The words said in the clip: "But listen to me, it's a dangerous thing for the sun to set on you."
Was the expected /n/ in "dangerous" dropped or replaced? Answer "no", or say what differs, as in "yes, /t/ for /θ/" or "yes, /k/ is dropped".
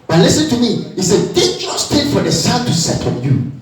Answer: yes, /n/ is dropped